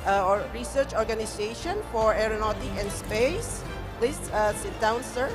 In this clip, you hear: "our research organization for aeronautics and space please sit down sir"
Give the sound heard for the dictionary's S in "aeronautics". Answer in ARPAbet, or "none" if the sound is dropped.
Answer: none